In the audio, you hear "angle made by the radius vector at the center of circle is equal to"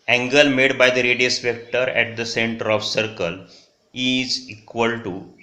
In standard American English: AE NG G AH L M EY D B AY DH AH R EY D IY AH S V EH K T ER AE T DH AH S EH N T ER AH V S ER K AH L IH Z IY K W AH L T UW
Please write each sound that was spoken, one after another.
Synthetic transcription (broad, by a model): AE NG G AH L M EY D B AY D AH R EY D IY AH S P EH K T ER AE T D AH S EH N T ER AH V S ER K AH L IH Z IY K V AH L T UW